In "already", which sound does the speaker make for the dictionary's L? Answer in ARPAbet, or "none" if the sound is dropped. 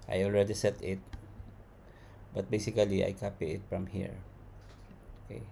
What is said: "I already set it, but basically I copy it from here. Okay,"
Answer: L